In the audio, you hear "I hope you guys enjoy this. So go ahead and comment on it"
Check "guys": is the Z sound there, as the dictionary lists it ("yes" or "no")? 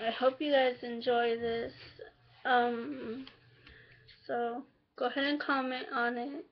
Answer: yes